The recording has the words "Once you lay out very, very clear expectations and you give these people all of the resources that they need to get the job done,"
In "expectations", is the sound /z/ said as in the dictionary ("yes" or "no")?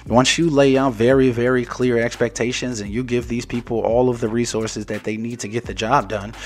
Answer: yes